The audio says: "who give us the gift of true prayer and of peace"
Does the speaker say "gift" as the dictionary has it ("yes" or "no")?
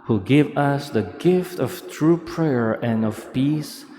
yes